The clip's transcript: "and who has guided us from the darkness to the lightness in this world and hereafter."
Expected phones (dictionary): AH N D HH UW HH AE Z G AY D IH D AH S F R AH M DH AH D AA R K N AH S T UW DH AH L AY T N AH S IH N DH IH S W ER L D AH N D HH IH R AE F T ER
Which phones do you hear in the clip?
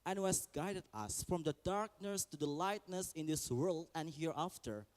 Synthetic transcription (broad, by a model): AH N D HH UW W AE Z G AY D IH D AH S F R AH M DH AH D AA R K N AH S T UW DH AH L AY T N AH S IH N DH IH S W ER L D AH N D HH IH R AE F T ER